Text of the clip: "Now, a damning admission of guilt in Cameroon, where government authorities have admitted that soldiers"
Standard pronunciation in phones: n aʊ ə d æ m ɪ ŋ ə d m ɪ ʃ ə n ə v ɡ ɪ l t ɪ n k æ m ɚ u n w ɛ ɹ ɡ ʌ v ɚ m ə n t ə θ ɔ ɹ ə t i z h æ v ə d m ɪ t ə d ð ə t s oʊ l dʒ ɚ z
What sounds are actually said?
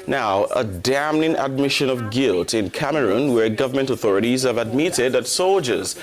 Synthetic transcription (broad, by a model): n aʊ ə d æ m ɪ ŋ ə d m ɪ ʃ ə n ə v ɡ ɪ l t ɪ n k æ m ɚ u n w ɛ ɹ ɡ ʌ v ɚ m ə n t ə θ ɔ ɹ ə t i z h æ v ə d m ɪ t ə d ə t s oʊ l dʒ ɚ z